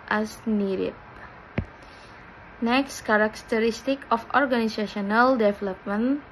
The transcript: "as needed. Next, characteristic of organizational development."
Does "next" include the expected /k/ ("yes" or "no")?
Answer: yes